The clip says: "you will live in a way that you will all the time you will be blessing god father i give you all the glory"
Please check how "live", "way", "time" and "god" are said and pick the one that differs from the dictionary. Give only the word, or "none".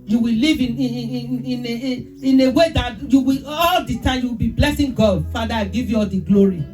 live